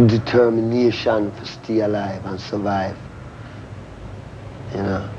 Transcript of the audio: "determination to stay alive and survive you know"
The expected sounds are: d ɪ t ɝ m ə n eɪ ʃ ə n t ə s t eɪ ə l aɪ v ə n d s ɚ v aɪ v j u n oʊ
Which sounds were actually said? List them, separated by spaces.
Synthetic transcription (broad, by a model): d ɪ t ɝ m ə n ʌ ʃ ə n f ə s t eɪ ə l aɪ v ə n s ɚ v aɪ v j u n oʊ